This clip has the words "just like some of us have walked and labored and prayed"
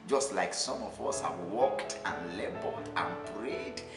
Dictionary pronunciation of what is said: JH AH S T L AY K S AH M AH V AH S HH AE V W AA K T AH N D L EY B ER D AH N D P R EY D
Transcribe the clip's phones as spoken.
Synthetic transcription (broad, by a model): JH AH S T L AY K S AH M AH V AH S HH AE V W AA K T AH N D L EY B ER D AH N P R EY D